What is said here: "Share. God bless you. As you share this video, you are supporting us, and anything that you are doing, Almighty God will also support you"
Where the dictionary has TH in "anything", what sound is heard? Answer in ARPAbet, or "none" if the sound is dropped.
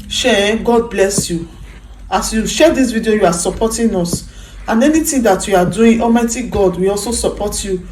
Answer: T